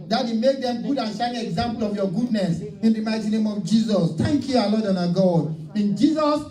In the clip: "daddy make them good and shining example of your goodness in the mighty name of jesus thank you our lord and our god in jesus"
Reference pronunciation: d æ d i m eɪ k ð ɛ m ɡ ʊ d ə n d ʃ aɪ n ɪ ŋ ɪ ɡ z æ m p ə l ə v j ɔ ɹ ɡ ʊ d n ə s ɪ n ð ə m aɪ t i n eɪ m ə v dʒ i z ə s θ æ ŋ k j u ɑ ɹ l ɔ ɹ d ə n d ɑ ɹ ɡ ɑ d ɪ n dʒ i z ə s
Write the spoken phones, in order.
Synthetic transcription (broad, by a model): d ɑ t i m eɪ k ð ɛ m ɡ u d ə n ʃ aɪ ɪ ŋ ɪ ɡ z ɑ m p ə l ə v j ɔ ɡ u d n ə s ɪ n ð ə m aɪ t i n eɪ m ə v dʒ i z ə s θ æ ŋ k j u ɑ l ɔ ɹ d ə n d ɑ ɡ ɑ d ɪ n dʒ i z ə s